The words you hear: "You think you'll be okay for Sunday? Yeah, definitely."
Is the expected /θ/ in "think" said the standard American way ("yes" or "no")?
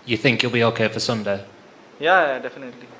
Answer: yes